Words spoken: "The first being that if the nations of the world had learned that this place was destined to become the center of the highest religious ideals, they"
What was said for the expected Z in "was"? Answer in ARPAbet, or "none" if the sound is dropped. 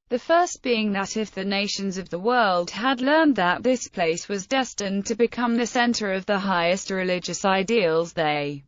Z